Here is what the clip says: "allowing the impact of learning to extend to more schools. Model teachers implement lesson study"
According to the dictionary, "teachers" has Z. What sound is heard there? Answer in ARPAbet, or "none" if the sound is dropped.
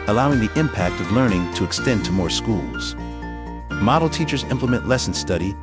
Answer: Z